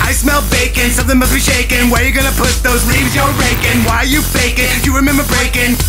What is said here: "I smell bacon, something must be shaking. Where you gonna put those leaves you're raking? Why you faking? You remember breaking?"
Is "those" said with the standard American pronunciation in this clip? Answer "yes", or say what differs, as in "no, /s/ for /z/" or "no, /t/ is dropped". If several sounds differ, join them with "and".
yes